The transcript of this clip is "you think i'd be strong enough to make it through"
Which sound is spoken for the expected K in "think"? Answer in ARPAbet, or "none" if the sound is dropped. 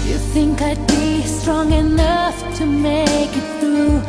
K